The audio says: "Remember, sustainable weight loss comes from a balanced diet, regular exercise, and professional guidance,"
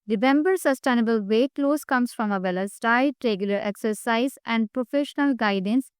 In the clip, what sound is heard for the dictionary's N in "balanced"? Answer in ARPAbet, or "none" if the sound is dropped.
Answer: none